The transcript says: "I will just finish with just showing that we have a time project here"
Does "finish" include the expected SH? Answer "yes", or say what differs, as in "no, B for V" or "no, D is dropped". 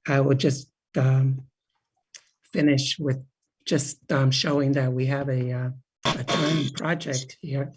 yes